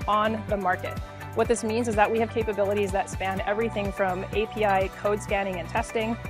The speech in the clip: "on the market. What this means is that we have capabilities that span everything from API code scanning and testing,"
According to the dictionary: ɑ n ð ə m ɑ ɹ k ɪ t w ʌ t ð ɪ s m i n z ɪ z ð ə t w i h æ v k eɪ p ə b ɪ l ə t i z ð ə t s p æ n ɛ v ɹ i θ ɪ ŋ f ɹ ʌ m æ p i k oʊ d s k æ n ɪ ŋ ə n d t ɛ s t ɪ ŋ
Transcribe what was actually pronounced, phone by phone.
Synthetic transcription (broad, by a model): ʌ n ð ə m ɑ ɹ k ɪ t w ʌ t ð ɪ s m i n z ɪ z ð ə t w i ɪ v k eɪ p ə b ɪ l ə t i z ð ə t s p æ n ɛ v ɹ i θ ɪ ŋ f ɹ ʌ m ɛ p i k oʊ d s k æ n ɪ ŋ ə n t ɛ s t ɪ ŋ